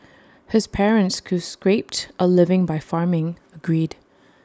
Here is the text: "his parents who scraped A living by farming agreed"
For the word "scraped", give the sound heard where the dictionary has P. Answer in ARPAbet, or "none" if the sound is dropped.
P